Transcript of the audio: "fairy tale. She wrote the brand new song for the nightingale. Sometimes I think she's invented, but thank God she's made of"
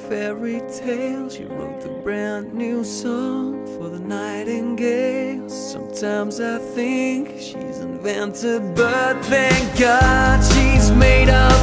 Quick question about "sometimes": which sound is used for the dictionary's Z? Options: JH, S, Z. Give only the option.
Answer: Z